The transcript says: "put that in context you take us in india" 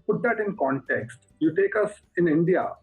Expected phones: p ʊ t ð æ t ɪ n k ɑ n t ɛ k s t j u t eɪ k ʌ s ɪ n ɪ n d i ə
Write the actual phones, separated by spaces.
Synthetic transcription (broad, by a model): p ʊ t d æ t ɪ n k ɑ n t ɛ k s t j u t eɪ k ʌ s ɪ n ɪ n d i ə